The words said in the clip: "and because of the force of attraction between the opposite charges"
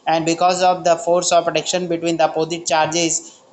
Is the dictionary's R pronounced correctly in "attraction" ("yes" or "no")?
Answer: no